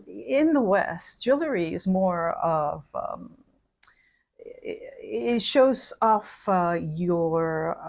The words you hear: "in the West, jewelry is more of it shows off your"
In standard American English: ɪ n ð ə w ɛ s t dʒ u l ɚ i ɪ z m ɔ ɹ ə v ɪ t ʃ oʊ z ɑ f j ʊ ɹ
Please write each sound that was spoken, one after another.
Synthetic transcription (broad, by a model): ɪ n ð ə w ɛ s t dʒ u l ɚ i ɪ z m ɔ ɹ ə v ɪ t ʃ oʊ z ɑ f j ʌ ɹ